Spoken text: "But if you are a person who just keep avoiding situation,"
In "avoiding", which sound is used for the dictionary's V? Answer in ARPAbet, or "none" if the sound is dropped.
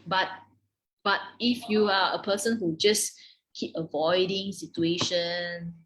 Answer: V